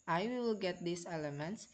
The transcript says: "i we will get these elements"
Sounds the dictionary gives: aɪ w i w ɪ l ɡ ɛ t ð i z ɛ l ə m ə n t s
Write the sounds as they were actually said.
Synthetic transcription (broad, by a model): aɪ w i w ɪ l ɡ ɛ t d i s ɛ l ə m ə n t s